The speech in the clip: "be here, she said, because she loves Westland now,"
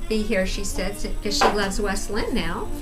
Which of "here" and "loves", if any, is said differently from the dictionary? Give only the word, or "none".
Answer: none